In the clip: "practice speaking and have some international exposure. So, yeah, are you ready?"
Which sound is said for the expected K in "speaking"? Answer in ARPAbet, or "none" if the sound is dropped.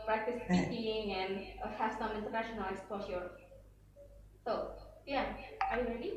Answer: none